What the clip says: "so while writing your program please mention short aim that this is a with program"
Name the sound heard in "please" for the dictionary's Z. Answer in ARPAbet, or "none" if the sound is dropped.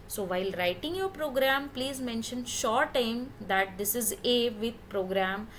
Z